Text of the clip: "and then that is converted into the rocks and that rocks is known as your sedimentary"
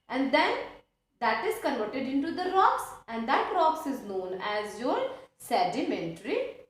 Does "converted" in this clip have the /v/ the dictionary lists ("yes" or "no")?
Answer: no